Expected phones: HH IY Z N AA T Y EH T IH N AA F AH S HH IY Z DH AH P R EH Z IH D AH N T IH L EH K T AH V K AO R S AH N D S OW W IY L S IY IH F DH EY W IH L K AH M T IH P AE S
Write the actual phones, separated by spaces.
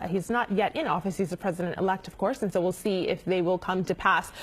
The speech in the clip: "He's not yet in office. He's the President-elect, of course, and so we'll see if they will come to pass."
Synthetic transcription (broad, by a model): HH IY Z N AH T Y EH T IH N AA F AH S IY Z DH AH P R EH Z IH D AH N T IH L EH K T AH V K AO R S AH N S OW W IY L S IY IH F DH EY W IH L K AH M T IH P AE S